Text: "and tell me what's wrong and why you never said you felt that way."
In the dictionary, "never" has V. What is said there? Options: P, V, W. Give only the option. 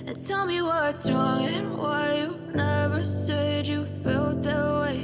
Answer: V